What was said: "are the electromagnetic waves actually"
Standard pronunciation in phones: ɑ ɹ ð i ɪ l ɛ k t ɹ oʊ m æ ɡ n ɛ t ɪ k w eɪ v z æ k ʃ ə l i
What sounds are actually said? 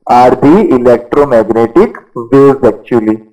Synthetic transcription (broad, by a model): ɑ ɹ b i ɪ l ɛ k t ɹ oʊ m æ ɡ n ɛ t ɪ k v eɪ z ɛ k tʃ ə l i